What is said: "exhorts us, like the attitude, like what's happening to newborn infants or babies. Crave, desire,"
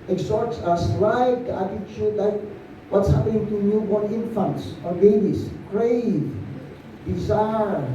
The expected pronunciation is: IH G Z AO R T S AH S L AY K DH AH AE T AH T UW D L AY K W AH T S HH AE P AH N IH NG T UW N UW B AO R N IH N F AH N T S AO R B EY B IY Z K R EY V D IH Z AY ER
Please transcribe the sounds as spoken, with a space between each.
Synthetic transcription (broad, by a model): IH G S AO R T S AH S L AY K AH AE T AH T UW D L AY K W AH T S HH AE P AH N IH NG T UW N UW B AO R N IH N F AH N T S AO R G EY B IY S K R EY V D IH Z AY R